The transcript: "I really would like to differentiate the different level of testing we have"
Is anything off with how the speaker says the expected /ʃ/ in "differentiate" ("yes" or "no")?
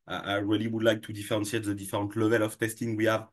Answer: yes